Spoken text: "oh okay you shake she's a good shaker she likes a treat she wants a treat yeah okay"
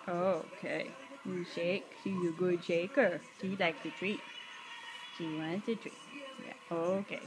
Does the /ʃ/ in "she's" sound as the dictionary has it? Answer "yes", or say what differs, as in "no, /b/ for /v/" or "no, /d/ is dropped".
no, /s/ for /ʃ/